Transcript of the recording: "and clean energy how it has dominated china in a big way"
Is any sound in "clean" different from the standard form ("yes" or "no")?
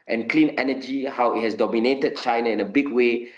no